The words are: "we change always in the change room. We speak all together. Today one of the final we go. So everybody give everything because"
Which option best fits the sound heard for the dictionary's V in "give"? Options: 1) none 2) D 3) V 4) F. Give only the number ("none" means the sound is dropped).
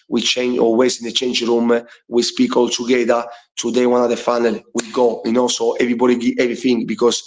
1